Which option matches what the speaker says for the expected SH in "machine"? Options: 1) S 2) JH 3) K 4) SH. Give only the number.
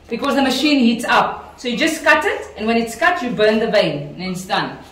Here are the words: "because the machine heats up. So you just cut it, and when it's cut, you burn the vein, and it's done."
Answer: 4